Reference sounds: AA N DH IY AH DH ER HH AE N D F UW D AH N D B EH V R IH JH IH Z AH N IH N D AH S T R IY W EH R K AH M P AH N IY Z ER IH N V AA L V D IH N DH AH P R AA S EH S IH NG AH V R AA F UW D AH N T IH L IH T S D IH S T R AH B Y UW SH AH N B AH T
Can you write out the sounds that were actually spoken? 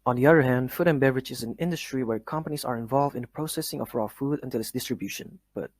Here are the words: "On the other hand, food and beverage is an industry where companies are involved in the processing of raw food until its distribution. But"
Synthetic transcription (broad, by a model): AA N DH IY AH DH ER HH AE N D F UW D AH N B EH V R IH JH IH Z AH N IH N D AH S T R IY W EH R K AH M P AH N IY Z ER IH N V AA L V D IH N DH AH P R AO S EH S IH NG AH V R AA F UW D AH N T IH L IH T S D IH S T R AH B Y UW SH AH N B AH T